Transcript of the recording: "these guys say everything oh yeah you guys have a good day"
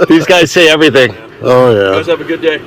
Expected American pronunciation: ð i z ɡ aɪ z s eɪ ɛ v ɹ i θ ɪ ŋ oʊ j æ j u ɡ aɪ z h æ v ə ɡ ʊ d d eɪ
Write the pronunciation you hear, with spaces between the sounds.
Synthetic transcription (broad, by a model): ð i z ɡ aɪ z s eɪ ɛ v ɹ i θ ɪ ŋ oʊ j æ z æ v ə ɡ ʊ d d eɪ